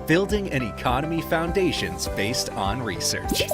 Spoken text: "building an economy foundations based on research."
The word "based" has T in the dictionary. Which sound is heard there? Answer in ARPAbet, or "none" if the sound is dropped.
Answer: T